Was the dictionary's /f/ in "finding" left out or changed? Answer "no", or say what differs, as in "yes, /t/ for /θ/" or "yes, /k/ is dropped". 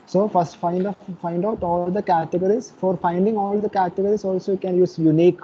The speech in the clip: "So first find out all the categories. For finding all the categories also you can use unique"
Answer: no